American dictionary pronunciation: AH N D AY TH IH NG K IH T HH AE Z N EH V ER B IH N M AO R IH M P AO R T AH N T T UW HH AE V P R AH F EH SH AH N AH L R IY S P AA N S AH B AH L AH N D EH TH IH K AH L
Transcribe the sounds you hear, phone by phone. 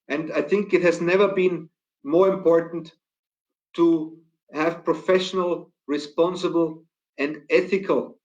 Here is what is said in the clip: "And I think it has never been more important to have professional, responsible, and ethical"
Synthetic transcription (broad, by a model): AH N D AY TH IH NG K IH T HH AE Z N EH V ER B IH N M AO R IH M P AO R T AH N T T UW HH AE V P R AH F EH SH AH N AH L R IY S P AA N S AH B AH L AH N D EH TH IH K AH L